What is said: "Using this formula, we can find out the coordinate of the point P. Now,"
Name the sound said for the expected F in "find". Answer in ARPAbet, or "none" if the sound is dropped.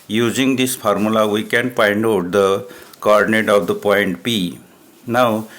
P